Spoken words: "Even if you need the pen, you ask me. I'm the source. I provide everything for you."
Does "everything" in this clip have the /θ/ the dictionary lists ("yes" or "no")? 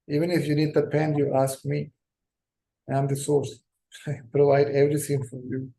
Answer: no